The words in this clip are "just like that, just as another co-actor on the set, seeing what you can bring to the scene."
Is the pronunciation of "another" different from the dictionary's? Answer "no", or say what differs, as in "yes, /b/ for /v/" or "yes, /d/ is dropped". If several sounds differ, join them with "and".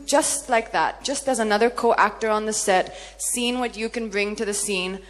no